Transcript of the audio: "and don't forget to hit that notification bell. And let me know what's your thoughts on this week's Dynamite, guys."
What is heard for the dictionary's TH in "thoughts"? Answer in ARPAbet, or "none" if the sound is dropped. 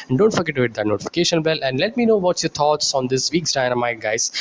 T